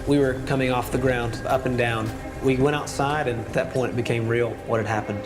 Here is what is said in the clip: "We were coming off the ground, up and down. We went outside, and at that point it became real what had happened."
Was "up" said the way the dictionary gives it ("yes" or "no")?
yes